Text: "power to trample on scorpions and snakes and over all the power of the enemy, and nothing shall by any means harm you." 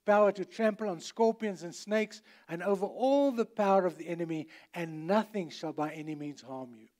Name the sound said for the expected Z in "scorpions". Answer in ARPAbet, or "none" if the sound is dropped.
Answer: Z